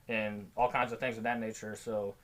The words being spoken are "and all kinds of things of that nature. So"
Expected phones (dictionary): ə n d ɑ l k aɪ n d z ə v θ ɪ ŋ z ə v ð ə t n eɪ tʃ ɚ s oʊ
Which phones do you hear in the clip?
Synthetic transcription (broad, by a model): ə n ɑ l k aɪ n d z ə v θ ɪ ŋ z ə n ð ə t n eɪ tʃ ɚ s oʊ